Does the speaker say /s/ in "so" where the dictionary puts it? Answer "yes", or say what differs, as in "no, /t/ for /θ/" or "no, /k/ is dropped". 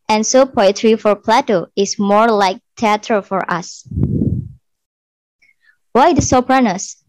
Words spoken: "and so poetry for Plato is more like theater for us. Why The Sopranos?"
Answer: yes